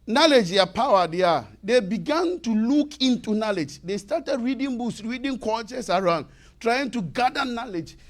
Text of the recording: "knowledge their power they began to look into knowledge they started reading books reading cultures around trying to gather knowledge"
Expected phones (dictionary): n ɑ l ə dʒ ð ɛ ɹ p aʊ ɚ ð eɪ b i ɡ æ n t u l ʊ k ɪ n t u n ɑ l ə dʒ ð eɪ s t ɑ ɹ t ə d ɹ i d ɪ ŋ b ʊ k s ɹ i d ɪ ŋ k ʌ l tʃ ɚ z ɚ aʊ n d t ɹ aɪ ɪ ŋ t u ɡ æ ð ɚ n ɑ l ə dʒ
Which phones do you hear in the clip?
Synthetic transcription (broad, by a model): n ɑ l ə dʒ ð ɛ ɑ p aʊ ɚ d eɪ b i ɡ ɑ n t u l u k ɪ n t u n ɑ l ə dʒ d eɪ s t ɑ t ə d ɹ i d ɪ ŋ b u k s ɹ i d ɪ ŋ k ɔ tʃ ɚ s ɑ aʊ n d t ɹ aɪ ɪ ŋ t u ɡ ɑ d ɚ n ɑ l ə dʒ